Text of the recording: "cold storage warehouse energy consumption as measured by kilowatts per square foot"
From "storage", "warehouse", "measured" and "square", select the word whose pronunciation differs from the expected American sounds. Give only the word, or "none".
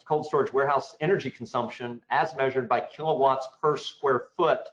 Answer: none